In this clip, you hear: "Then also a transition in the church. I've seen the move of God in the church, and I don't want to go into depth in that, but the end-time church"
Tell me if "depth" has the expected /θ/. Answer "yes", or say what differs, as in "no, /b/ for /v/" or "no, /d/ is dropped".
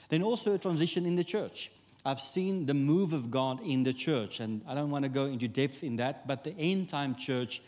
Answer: yes